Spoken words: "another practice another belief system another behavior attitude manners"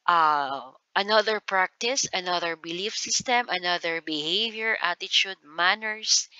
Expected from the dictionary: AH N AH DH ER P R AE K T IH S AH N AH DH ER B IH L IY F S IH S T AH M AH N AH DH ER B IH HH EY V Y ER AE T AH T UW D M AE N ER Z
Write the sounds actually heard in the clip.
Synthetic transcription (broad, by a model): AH N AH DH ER P R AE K T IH S AH N AH DH ER B IH L IY F S IH S T AH M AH N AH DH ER B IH HH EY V Y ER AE T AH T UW D M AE N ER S